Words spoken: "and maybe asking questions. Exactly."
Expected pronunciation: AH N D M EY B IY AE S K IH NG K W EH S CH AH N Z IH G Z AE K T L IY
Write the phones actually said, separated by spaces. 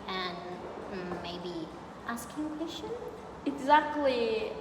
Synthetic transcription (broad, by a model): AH N M EY B IY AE S K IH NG K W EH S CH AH N IH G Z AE K T L IY